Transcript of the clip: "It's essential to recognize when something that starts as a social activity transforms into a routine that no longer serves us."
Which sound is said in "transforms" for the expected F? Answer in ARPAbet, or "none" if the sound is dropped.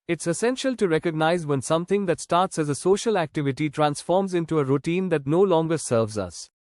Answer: F